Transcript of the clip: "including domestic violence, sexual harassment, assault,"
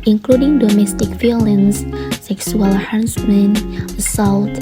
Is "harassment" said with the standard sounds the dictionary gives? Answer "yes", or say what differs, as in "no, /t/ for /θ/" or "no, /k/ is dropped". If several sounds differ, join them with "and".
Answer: no, /t/ is dropped